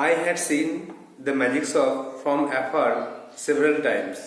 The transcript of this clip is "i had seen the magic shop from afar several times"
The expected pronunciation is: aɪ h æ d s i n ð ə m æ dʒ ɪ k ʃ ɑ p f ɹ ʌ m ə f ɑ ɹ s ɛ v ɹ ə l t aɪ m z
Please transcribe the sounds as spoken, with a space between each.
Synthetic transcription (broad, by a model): aɪ h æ d s i n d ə m æ dʒ ɪ k s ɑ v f ɹ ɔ m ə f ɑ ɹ s ɛ v ɹ ə l t aɪ m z